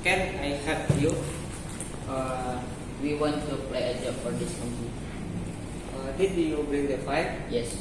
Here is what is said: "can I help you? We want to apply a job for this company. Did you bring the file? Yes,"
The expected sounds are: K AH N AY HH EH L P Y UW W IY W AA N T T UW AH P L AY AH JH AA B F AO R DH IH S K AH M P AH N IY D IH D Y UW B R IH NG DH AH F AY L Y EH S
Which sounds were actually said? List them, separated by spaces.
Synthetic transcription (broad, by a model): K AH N AY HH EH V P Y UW W IY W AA N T T UW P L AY AH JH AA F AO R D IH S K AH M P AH IY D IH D Y UW B R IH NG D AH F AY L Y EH S